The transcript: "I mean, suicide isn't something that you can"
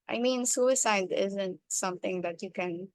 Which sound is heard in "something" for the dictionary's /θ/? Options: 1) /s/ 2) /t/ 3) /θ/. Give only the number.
2